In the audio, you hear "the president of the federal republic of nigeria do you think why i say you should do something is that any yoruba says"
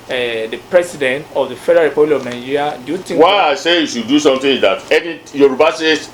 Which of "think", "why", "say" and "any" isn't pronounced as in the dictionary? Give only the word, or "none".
think